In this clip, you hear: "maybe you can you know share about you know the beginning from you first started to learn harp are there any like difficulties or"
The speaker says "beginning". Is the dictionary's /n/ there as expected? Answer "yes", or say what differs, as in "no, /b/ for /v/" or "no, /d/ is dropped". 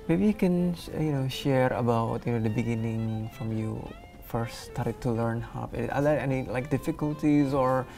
yes